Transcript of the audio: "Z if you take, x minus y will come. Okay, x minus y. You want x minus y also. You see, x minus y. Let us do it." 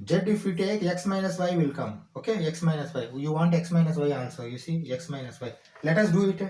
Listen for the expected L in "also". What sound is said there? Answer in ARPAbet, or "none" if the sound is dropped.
N